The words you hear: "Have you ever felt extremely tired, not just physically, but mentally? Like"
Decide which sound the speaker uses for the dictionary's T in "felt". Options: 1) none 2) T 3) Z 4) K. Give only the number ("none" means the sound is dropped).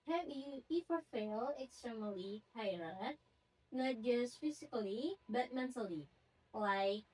1